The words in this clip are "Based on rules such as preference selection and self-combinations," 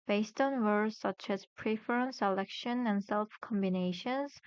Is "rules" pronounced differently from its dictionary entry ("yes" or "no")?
yes